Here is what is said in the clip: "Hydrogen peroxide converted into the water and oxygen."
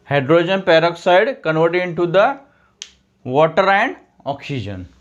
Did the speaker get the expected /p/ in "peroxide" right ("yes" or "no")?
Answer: yes